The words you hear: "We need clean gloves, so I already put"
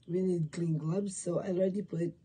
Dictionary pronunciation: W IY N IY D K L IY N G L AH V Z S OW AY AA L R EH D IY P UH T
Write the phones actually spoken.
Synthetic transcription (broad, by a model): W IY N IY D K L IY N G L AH B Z S OW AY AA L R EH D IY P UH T